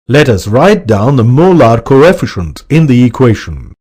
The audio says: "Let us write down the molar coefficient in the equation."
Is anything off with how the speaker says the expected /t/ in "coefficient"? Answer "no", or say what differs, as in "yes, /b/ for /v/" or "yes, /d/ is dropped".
no